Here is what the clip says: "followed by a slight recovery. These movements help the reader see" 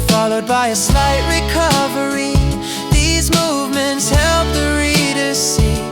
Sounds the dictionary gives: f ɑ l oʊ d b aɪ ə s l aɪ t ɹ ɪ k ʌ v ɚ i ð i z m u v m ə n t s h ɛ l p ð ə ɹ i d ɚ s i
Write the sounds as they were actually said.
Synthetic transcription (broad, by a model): f ɑ l oʊ d b aɪ ə s l aɪ t ɹ ɪ k ʌ v ɚ i ð i z m u v m ə n t s h ɛ l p ð ə ɹ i d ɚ s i